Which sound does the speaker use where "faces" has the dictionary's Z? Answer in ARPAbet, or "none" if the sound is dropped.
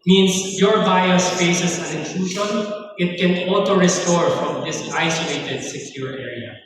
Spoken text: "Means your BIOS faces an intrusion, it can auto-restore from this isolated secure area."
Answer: S